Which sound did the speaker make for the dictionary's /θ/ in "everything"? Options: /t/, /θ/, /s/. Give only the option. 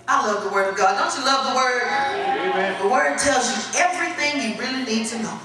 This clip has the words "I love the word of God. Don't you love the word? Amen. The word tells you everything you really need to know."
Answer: /θ/